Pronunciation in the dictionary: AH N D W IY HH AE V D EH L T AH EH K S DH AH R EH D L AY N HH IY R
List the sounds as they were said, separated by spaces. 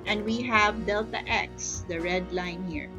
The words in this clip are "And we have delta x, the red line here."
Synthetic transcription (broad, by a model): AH N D W IY HH AE V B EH L T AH EH K S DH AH R EH D L AY N HH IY R